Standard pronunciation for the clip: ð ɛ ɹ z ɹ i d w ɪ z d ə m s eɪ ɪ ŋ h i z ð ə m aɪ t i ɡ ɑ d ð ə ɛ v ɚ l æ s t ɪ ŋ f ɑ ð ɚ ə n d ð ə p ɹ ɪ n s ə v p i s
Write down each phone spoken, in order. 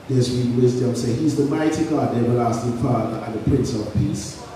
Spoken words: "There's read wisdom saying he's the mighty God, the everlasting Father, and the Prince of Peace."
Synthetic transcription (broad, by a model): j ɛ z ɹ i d w ɪ z d ə m s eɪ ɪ h i z ð ə m aɪ t i ɡ ɑ d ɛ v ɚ l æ s t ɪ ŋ f ɑ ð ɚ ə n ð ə p ɹ ɪ n s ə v p i s